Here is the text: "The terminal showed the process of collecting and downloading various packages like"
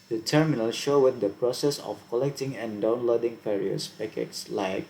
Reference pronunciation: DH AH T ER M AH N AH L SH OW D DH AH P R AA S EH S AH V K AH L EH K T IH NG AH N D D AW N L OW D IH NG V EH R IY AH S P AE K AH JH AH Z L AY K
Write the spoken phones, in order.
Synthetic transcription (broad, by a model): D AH T ER M AH N AH L SH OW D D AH P R AA S EH S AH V K AH L EH K T IH NG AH N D D AW N L OW D IH NG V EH R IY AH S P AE K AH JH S L AY K